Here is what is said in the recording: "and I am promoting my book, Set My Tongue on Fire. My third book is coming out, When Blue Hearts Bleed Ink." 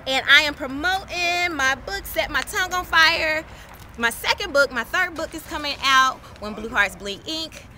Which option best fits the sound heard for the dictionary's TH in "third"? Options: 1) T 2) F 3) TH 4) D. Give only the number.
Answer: 3